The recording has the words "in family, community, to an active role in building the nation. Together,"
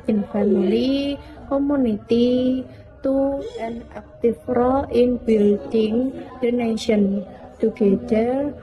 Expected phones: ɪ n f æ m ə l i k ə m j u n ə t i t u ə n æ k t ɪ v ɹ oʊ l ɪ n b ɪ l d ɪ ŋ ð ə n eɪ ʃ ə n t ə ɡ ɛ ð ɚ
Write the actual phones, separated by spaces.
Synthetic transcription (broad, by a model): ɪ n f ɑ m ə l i k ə m u n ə t i t u ə n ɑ k t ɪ f ɹ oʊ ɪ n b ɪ l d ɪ ŋ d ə n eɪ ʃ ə n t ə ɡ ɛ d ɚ